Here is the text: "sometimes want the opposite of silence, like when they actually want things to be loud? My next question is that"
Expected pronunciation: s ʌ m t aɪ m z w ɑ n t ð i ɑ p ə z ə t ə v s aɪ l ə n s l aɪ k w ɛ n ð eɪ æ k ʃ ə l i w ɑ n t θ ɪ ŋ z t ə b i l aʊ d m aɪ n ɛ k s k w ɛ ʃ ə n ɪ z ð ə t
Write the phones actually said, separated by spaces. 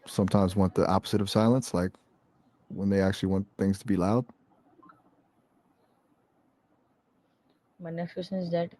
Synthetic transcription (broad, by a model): s ʌ m t aɪ m z w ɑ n ð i ɑ p ə z ə t ə v s aɪ l ə n s l aɪ k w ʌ n ð eɪ æ k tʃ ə l i w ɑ n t θ ɪ ŋ z t ə b i l aʊ d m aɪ n ɛ k s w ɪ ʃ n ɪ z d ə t